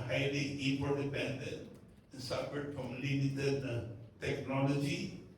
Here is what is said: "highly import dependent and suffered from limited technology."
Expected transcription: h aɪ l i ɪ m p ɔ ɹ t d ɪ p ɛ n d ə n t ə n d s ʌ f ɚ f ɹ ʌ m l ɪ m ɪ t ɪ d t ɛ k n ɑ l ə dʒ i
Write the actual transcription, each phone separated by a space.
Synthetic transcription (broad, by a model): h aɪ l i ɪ p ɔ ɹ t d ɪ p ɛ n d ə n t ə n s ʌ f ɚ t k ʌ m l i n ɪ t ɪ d t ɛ k n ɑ l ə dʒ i